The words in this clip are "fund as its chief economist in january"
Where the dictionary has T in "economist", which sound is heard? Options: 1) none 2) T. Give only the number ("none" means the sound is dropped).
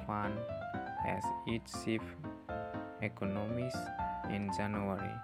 1